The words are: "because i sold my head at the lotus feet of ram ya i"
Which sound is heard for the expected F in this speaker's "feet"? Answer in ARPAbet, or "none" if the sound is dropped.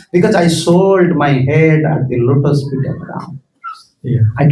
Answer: P